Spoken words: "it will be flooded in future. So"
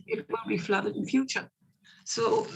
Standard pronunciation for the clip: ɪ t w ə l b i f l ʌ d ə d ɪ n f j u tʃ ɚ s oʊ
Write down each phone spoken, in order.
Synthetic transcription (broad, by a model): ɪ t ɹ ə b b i f l ʌ d ə d ɪ n f j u tʃ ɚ s oʊ